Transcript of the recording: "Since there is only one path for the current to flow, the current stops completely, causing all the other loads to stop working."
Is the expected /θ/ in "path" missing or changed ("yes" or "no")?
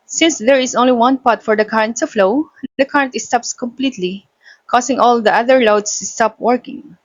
yes